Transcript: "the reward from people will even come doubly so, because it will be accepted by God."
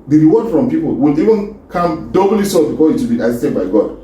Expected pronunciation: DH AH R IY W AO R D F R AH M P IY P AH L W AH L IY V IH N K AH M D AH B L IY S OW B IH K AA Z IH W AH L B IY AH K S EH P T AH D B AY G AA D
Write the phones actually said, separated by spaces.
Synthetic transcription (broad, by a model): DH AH R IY W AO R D F R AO M P IY P AH L W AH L IY V IH N K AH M D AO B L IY S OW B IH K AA IH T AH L B IY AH S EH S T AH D B AY G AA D